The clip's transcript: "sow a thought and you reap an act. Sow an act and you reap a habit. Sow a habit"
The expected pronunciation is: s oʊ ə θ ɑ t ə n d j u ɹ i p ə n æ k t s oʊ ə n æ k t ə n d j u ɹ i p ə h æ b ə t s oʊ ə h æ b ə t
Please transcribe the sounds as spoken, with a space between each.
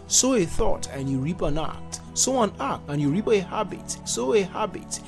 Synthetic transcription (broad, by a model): s oʊ ə θ ɑ t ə n j u ɹ i p ə n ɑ k t s oʊ ə n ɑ k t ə n j u ɹ i p ə h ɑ b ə t s oʊ ə h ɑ b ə t